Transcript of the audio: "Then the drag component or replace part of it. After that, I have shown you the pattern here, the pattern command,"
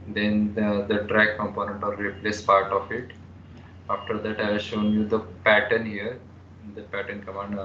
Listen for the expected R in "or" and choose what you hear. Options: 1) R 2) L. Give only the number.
2